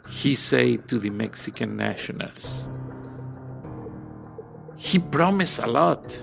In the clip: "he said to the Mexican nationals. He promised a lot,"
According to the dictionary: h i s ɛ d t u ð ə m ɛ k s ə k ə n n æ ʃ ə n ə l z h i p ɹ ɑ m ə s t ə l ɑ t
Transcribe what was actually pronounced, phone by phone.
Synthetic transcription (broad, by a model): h i s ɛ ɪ t u ð ə m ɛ k s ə k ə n n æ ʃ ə n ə l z h i p ɹ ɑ m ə s ə l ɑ t